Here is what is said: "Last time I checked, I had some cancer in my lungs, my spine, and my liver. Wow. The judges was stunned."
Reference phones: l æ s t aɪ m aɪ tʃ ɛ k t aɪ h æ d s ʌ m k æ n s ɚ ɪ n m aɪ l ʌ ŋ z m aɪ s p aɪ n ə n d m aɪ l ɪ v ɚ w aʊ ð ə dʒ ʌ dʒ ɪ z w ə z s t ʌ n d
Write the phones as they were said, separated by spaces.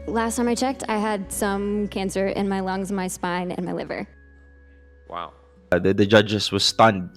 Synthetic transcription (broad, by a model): l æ s t aɪ m aɪ tʃ ɛ k t aɪ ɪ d s ʌ m k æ n s ɚ ɪ n m aɪ l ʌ ŋ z m aɪ s p aɪ n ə n m aɪ l ɪ v ɚ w aʊ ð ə dʒ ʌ dʒ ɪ s w ə z s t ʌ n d